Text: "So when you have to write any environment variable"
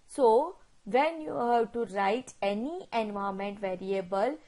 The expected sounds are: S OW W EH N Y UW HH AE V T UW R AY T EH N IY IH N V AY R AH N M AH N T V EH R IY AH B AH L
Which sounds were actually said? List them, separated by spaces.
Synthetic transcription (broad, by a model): S OW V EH N Y UW HH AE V T UW R AY T EH N IY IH N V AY AH M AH N T V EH R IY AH B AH L